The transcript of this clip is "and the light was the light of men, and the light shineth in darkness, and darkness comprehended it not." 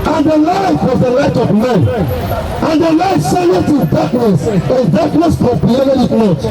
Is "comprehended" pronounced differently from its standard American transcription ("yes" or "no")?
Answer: yes